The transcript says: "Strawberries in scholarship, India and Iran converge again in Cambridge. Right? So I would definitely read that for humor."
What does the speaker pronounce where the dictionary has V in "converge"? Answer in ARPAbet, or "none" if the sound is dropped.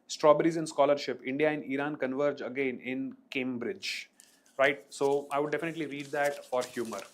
V